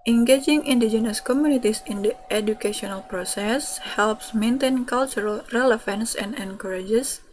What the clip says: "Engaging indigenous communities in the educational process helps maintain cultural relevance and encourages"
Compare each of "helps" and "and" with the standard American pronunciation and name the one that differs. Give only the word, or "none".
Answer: none